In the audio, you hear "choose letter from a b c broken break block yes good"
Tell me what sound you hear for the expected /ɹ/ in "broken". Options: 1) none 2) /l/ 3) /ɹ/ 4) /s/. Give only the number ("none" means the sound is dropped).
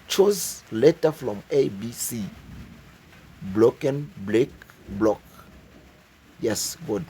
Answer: 2